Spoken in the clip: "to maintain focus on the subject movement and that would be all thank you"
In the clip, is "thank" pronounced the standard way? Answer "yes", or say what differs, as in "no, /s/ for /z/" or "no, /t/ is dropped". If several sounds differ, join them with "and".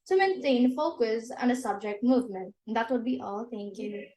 no, /t/ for /θ/